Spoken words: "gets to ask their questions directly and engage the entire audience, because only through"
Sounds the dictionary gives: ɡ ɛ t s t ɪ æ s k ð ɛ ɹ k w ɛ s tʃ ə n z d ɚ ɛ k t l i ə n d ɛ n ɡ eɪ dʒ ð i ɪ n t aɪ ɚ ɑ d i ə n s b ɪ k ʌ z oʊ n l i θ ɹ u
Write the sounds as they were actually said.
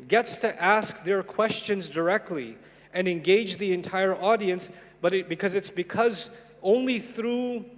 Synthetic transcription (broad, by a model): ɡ ɛ t s t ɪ æ s k ð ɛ ɹ k w ɛ s tʃ ə n z d ɚ ɛ k t l i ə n ɛ n ɡ eɪ dʒ ð i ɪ n t aɪ ɚ ɑ d i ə n s b ɪ k ʌ z oʊ n l i θ ɹ u